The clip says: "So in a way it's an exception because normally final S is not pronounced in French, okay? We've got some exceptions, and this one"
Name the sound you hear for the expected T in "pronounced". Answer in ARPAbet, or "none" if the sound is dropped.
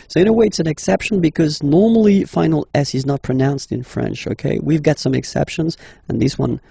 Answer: T